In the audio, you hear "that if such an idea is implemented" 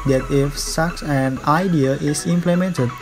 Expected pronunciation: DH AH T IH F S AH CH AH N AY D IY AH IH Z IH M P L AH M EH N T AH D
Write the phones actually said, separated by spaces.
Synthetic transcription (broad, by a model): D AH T IH F S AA S AH N AY D IY AH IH S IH M P L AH M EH N T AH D